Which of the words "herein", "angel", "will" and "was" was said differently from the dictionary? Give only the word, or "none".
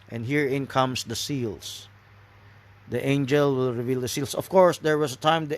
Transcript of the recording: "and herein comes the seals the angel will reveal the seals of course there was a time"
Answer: was